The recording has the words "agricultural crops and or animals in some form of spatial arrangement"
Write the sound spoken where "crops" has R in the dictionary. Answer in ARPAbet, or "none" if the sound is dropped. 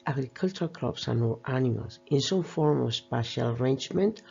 L